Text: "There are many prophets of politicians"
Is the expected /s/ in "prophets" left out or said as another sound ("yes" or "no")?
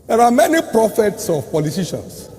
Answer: no